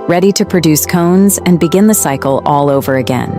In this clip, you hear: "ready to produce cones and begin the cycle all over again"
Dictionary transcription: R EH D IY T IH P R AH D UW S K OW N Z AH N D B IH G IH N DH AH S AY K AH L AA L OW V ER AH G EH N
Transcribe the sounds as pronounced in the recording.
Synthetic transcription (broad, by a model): R EH D IY T IH P R AH D UW S K OW N Z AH N B IH G IH N DH AH S AY K L AA L OW V ER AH G EH N